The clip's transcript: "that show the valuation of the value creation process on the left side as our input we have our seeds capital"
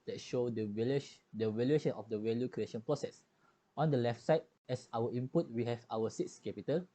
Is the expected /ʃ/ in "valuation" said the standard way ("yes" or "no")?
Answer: yes